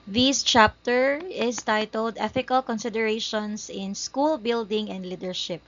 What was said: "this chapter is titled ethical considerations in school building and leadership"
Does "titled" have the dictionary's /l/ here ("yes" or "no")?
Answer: yes